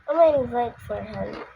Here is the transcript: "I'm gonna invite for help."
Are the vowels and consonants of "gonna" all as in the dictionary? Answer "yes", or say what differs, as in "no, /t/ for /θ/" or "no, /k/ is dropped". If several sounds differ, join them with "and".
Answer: no, /n/ is dropped